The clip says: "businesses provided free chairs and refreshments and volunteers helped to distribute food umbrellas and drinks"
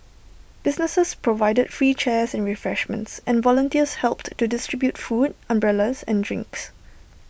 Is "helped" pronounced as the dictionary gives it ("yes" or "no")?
yes